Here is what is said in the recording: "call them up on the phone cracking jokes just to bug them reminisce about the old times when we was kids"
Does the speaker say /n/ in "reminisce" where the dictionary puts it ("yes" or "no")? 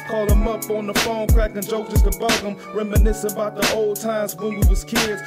yes